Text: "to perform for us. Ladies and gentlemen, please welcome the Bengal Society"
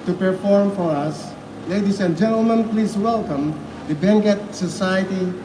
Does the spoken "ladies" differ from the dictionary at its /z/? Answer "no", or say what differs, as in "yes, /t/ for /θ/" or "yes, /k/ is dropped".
yes, /s/ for /z/